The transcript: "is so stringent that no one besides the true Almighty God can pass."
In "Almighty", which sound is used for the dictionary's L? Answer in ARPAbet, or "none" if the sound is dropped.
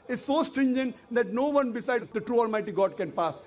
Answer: L